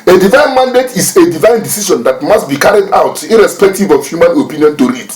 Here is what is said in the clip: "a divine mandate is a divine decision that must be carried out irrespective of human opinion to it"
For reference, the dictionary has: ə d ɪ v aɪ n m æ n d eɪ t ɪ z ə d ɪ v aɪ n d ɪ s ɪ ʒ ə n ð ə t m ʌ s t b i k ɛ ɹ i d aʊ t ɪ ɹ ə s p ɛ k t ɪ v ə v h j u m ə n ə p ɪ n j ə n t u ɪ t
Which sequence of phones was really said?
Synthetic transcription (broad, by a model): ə d ɪ v aɪ n m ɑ n d eɪ t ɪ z ə d ɪ v aɪ n d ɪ s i ʃ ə n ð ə t m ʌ s t b i k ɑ ɹ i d aʊ t ɪ ɹ ə s p ɛ k t ɪ v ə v h j u m ə n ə p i n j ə n t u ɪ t